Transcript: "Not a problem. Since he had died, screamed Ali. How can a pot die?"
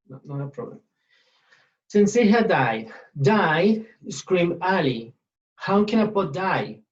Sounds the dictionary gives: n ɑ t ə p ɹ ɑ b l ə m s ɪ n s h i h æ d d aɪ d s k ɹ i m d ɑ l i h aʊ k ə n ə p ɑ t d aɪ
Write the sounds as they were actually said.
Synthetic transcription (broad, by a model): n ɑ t ə p ɹ ɑ b l ə m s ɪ n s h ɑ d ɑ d d aɪ d s k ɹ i m ɑ l i h aʊ k ə n ə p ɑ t d aɪ